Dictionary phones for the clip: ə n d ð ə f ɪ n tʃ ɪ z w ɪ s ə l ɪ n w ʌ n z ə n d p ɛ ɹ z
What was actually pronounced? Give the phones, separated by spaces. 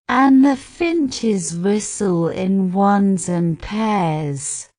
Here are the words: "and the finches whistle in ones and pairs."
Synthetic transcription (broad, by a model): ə n ð ə f ɪ n tʃ ɪ z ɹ ɪ s ə l ɪ n w ʌ n z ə n p ɛ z